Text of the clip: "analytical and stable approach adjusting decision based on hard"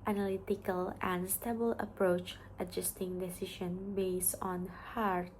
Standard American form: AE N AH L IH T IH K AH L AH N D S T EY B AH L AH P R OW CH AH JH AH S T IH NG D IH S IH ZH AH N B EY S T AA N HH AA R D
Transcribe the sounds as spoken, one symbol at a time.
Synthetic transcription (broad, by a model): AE N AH L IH T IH K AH L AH N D S T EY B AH L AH P R OW CH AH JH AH S T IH NG D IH S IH SH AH N B EY S T AA N HH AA R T